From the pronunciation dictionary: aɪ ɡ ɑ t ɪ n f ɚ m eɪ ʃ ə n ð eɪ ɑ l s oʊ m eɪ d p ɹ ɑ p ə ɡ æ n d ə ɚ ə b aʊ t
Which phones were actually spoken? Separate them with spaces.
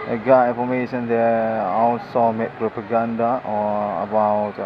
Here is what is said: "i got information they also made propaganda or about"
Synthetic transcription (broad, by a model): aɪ ɡ ɑ t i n f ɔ m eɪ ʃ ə n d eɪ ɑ w s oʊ m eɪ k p ɹ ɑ p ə ɡ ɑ n d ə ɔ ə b aʊ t